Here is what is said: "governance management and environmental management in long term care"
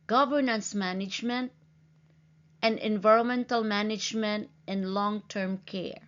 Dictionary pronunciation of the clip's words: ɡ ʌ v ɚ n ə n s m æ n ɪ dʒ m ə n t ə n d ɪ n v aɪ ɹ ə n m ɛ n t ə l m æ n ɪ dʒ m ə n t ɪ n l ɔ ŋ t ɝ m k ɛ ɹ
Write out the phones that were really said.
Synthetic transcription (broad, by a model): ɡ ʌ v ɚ n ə n s m æ n ɪ dʒ m ə n t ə n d ɪ n v aɪ ɹ ə n m ɛ n t ə l m æ n ɪ dʒ m ə n t ɪ n l ɔ ŋ t ɝ m k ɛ ɹ